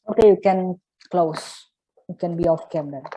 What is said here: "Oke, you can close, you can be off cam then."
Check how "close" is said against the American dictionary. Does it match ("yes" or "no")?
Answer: yes